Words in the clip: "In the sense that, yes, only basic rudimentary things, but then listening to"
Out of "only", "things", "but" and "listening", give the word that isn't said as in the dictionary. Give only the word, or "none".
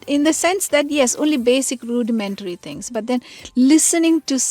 things